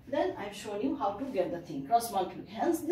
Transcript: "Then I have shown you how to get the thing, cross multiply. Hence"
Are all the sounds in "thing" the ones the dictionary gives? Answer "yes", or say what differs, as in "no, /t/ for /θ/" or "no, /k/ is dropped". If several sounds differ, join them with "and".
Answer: no, /t/ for /θ/